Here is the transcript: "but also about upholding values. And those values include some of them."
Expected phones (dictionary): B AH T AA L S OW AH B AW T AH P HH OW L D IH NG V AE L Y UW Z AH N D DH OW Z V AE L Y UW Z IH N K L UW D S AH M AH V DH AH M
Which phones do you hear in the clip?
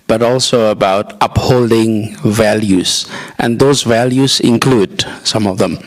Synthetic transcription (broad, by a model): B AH T AA L S OW AH B AW T AH P HH OW L D IH NG V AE L Y UW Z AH N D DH OW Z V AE L Y UW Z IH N K L UW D S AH M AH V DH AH M